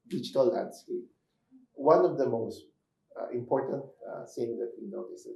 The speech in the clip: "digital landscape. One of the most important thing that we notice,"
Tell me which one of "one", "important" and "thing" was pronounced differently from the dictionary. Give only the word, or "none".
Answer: thing